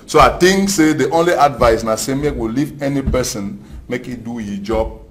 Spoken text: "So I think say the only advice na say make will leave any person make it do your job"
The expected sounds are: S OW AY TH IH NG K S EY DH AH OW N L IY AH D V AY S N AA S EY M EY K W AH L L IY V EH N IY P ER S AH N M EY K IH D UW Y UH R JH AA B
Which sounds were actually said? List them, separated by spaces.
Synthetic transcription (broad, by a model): S OW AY T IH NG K S EY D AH OW N L IY AH D V AY S N AA S EY M EY K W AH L L IY V EH N IY P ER S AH N M EY K IH D UW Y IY JH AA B